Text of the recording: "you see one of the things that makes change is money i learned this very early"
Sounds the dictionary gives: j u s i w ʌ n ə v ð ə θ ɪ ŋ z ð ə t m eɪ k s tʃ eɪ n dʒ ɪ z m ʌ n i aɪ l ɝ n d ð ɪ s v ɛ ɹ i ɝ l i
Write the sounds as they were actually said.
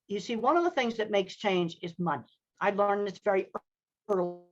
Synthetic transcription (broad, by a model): j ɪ s i w ʌ n ə v ð ə θ ɪ ŋ z ð ə t m eɪ k s tʃ eɪ n dʒ ɪ z m ʌ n i aɪ l ɝ n ð ɪ s v ɛ ɹ i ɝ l